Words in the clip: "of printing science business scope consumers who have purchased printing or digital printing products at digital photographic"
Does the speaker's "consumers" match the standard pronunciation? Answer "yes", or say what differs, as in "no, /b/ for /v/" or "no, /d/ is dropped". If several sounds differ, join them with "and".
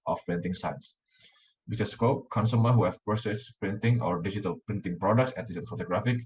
no, /z/ is dropped